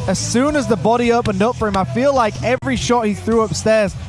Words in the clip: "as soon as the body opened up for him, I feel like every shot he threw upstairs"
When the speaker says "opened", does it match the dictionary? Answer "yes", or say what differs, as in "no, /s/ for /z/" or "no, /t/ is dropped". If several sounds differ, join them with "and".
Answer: yes